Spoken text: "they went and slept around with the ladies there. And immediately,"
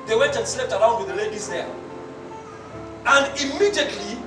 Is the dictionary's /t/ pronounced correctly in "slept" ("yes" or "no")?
yes